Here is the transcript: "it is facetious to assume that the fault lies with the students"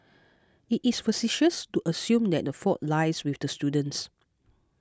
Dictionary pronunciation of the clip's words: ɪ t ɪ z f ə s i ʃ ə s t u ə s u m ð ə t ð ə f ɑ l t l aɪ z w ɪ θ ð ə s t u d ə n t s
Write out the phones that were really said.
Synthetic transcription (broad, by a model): ɪ t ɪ s f ə s i ʃ ə s t u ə s u m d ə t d ə f ɑ t l aɪ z w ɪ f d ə s t u d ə n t s